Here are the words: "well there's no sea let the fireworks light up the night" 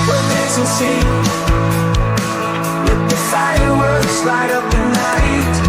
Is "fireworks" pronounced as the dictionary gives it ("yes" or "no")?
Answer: no